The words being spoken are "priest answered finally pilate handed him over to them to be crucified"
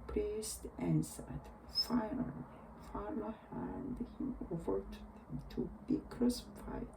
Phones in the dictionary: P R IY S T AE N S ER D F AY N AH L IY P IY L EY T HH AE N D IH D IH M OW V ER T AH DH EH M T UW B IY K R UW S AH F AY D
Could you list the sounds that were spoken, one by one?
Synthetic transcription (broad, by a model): P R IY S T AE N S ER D F AY N AH L IY F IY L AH HH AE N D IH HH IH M OW V ER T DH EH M T UW B IY K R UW S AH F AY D